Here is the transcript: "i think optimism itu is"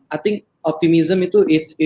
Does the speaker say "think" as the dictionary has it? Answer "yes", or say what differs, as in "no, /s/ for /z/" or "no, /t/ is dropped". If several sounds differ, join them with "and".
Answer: no, /t/ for /θ/